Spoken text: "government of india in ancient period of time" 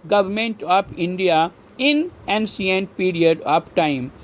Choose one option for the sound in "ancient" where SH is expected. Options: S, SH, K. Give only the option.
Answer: S